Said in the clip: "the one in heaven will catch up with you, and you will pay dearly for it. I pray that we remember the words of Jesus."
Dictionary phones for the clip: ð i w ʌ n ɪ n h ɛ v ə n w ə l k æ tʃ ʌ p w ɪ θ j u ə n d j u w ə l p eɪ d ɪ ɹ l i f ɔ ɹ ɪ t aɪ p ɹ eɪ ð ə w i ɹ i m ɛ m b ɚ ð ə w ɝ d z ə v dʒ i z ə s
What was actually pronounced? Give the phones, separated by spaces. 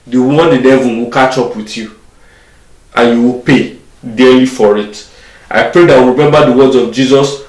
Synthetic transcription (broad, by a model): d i w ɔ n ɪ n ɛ v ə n w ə k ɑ tʃ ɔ p w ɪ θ j u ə n j u w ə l p eɪ d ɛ l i f ɔ ɹ ɪ t aɪ p ɹ eɪ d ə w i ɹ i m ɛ m b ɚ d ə w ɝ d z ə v dʒ i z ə s